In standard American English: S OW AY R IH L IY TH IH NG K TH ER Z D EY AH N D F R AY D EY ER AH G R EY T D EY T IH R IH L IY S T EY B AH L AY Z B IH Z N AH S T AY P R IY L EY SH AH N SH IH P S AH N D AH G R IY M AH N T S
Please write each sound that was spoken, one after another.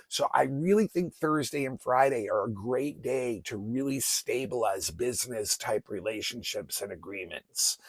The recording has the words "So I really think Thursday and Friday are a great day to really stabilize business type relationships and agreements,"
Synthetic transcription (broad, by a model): S OW AY R IH L IY TH IH NG K TH ER Z D EY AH N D F R AY D EY ER AH G R EY T D EY T IH R IH L IY S T EY B AH L AY Z B IH Z N AH S T AY P R IY L EY SH AH N SH IH P S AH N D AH G R IY M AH N T S